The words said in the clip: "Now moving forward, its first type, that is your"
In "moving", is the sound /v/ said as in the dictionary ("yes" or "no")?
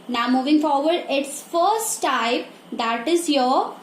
yes